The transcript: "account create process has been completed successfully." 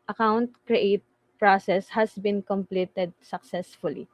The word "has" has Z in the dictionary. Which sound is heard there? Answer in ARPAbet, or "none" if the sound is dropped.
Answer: S